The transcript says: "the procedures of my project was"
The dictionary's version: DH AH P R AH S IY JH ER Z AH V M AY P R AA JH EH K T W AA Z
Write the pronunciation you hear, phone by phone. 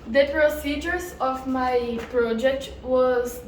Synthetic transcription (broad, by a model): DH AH P R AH S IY JH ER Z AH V M AY P R AA JH EH K T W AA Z